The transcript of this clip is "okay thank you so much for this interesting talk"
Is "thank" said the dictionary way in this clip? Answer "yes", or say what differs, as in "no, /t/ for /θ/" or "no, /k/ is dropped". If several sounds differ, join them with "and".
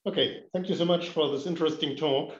yes